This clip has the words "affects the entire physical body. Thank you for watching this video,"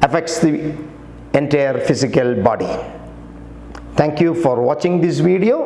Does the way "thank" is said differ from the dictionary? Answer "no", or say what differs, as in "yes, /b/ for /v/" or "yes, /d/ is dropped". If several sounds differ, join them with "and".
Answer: yes, /t/ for /θ/